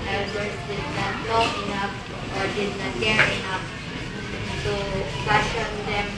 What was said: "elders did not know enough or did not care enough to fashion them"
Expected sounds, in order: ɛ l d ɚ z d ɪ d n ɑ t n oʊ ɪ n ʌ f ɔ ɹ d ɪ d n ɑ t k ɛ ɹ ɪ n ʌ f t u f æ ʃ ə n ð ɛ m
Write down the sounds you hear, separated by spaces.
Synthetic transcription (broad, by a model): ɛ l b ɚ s d ɪ d n ɑ t l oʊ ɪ n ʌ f ɔ ɹ d ɪ d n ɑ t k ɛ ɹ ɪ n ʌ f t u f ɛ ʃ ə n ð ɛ m